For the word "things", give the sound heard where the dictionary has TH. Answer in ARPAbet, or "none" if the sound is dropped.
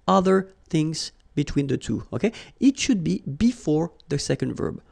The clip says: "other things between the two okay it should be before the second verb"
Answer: TH